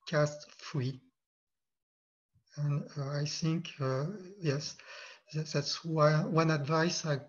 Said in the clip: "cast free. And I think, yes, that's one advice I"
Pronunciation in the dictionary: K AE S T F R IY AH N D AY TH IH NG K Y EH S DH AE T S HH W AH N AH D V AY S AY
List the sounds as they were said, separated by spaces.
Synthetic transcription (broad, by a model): K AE S T F R IY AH N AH AY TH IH NG K Y EH S DH AE T S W W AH N AH D V AY S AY